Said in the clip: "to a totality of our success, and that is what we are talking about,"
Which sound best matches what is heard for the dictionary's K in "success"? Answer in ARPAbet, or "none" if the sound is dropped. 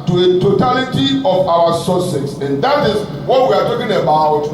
none